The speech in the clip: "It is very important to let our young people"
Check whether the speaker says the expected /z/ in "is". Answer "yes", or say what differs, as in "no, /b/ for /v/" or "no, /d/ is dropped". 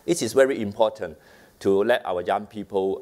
no, /s/ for /z/